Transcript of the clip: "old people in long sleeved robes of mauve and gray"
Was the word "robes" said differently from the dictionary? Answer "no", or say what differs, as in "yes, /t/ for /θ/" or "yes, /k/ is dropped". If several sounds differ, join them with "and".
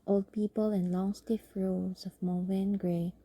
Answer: yes, /b/ is dropped